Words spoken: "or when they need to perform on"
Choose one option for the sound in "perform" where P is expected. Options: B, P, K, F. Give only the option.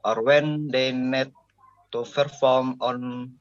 F